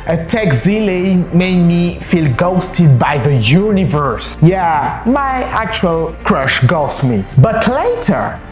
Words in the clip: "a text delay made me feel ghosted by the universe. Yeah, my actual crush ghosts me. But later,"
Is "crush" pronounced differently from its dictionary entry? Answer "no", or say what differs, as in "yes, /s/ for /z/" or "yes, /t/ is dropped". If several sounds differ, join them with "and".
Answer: no